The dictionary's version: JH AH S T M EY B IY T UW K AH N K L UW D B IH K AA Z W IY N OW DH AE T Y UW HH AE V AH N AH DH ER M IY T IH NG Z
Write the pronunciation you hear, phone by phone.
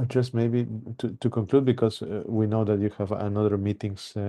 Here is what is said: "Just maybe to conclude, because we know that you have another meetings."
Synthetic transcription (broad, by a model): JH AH S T M EY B IY T UW K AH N K L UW D B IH K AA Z W IY N OW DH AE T Y UW HH AE V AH N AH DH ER M IY T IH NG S